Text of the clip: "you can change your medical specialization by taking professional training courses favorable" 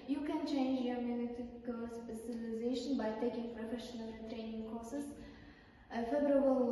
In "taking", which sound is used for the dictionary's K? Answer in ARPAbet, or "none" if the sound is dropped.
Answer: K